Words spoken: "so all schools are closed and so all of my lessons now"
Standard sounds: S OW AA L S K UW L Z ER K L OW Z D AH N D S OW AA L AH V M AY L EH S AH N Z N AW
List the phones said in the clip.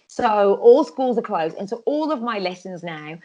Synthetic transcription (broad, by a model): S OW AA L S K UW L Z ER K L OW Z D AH N S OW AA L AH V M AY L EH S AH N Z N AW